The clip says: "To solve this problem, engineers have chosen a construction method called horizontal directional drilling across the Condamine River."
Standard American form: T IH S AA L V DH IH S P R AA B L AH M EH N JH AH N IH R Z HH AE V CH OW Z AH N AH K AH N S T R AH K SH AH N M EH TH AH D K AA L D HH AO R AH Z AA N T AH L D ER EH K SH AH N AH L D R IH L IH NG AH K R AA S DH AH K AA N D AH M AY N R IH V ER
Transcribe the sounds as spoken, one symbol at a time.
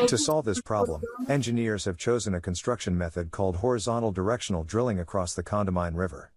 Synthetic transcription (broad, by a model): T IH S AA L V DH IH S P R AA B L AH M EH N JH AH N IH R Z HH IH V CH OW Z AH N AH K AH N S T R AH K SH AH N M EH TH AH D K AA L D HH AO R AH Z AA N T L D ER EH K SH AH N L D R IH L IH NG AH K R AA S DH AH K AA N D AH M AY N R IH V ER